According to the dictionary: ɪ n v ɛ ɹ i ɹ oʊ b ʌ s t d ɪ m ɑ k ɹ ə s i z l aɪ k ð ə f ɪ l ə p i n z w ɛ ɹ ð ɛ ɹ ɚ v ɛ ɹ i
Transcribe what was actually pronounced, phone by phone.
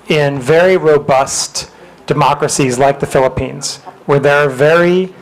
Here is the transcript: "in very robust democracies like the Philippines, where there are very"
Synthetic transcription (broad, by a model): ɪ n v ɛ ɹ i ɹ oʊ b ʌ s t d ɪ m ɑ k ɹ ə s i z l aɪ k ð ə f ɪ l ə p i n z w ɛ ɹ ð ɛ ɹ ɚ v ɛ ɹ i